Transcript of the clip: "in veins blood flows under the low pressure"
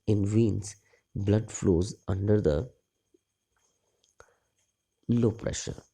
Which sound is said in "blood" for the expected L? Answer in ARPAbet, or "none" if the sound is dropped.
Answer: L